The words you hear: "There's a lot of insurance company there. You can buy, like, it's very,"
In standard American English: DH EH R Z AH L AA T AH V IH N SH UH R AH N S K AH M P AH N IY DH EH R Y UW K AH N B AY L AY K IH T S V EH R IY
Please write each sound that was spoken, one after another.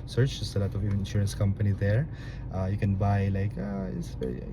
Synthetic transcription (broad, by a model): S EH R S AH L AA T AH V IH N SH UH R AH N S K AH M P AH N IY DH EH R Y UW K AH N B AY L AY K IH T S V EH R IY